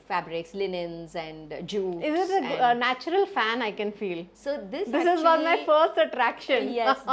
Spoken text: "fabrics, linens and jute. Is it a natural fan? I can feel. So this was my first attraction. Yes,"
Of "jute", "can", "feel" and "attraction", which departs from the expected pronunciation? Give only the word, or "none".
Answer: jute